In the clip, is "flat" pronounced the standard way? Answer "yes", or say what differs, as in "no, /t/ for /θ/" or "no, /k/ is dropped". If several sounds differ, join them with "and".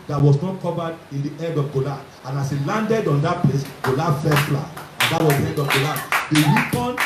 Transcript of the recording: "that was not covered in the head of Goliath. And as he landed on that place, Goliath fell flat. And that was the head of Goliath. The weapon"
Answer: no, /t/ is dropped